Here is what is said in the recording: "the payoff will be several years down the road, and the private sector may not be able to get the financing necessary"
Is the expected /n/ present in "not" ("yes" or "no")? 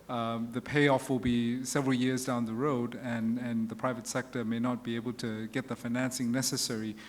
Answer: yes